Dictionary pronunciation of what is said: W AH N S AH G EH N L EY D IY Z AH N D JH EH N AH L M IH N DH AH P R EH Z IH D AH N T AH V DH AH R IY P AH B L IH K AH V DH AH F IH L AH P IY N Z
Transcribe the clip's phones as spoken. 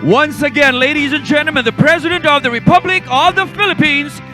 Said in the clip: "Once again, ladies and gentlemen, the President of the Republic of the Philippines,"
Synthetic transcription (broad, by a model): W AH N S AH G EH N L EY D IY Z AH N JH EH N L M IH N DH AH P R EH Z IH D AH N T AH V DH AH R IY P AH B L IH K AH V DH AH F IH L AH P IY N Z